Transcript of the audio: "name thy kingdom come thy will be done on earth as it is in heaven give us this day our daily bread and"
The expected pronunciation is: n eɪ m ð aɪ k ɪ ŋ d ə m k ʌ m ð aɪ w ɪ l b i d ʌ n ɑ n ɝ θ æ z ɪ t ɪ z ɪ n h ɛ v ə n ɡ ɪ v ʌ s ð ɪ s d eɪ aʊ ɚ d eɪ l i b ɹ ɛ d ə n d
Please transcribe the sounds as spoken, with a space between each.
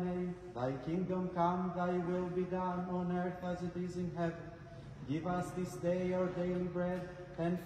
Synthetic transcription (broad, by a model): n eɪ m ð aɪ k ɪ ŋ d ə m k ʌ m ð aɪ w ɪ l b i d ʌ n ɑ n ɝ θ æ z ɪ t ɪ z ɪ n h ɛ v ə n ɡ ɪ v ʌ s ð ɪ s d eɪ aʊ ɚ d eɪ l i b ɹ ɛ d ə n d